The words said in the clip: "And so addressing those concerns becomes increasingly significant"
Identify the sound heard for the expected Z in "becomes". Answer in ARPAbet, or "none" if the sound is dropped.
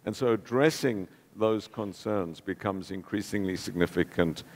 Z